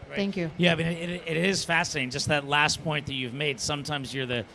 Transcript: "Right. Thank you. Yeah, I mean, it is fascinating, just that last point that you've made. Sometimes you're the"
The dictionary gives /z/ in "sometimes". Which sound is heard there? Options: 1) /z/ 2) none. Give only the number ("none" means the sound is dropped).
1